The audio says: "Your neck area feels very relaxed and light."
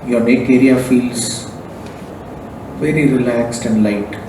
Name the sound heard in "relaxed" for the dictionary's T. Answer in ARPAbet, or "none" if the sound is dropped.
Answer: T